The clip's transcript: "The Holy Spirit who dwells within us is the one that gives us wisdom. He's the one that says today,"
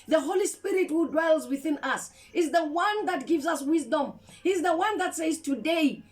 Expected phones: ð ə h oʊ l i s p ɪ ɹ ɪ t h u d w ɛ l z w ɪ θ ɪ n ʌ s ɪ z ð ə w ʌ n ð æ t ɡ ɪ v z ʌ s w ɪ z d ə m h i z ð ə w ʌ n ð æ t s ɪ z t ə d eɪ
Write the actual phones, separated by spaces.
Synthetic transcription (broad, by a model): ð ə h oʊ l i s p ɪ ɹ ɪ t h u d w ɛ l z w ɪ θ ɪ n ʌ s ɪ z ð ə w ʌ n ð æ t ɡ ɪ v z ʌ s w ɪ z d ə m h i z ð ə w ʌ n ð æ t s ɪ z t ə d eɪ